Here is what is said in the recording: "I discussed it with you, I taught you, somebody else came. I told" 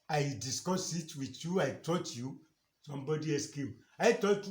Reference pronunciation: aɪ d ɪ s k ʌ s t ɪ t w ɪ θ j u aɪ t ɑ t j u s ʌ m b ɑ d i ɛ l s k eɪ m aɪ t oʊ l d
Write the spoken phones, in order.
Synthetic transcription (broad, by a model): aɪ d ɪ s k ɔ s ɪ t w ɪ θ j u aɪ t ɑ t j u s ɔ m b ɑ d i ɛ s k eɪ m aɪ t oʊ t